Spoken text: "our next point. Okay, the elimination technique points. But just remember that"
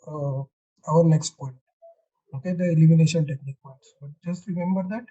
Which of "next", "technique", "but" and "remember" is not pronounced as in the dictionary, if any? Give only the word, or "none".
none